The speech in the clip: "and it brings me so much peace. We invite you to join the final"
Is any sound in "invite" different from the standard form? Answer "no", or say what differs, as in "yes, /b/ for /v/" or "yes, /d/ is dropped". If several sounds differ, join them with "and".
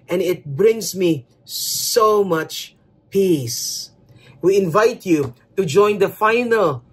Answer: no